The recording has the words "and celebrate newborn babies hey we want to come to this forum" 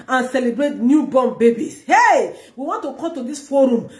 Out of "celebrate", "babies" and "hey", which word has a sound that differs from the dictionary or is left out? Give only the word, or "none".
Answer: babies